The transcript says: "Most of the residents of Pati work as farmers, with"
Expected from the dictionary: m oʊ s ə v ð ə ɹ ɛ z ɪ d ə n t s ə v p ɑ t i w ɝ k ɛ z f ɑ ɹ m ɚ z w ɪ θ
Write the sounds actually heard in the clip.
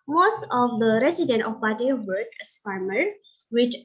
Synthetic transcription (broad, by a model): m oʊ s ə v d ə ɹ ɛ s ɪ d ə n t ə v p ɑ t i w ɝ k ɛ s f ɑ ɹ m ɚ w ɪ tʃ